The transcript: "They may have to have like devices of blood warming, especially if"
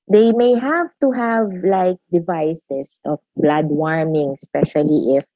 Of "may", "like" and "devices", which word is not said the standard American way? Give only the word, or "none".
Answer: devices